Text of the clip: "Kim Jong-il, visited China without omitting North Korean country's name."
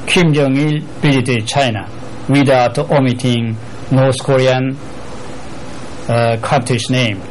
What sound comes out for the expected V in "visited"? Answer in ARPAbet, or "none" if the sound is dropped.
B